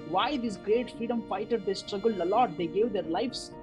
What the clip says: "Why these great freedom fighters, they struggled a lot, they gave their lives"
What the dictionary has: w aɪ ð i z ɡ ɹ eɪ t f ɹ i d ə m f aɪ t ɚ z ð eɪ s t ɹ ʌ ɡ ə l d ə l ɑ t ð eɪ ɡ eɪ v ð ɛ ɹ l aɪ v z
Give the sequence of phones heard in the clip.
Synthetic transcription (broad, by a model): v aɪ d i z ɡ ɹ eɪ t f ɹ i d ə m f aɪ t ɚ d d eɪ s t ɹ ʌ ɡ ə l ə l ɑ t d eɪ ɡ eɪ v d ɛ ɹ l aɪ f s